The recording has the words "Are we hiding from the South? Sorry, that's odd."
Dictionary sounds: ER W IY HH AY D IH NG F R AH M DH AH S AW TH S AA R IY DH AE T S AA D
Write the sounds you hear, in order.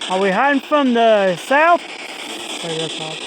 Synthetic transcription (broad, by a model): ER W IY HH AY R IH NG F R AH M DH AH S AW TH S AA IY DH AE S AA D